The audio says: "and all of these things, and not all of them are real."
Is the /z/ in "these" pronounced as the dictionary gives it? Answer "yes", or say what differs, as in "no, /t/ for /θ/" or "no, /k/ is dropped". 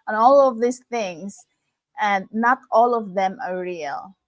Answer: no, /s/ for /z/